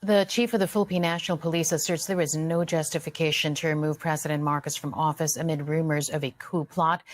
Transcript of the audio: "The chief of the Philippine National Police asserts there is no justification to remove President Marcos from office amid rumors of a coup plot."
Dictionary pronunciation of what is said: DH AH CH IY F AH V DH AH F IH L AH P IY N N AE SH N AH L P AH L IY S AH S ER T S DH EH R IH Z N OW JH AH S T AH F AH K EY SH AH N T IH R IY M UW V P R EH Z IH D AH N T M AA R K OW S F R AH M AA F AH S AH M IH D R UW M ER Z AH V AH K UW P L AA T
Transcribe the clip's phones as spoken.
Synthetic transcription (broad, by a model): DH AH CH IY F AH V DH AH F IH L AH P IY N N AE SH N L P AH L IY S AH S ER T S DH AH R IH Z N OW JH AH S T AH F AH K EY SH AH N T IH R IY M UW V P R EH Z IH D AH N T M AA R K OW S F R AH M AA F AH S AH M IH D R UW M ER Z AH V AH K UW P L AA T